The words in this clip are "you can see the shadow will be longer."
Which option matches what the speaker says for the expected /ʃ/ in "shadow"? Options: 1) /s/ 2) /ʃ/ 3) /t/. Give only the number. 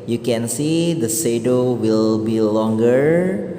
1